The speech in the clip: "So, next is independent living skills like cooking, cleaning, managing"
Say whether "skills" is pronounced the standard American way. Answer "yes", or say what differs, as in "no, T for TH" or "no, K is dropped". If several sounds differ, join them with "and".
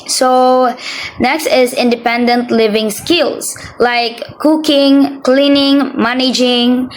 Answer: no, S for Z